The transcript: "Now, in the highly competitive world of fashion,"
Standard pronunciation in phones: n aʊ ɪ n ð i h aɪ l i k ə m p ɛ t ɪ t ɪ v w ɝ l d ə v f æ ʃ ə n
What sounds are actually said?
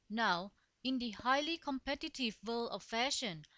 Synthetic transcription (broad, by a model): n aʊ ɪ n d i h aɪ l i k ə m p ɛ t ɪ t ɪ v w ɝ l ə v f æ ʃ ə n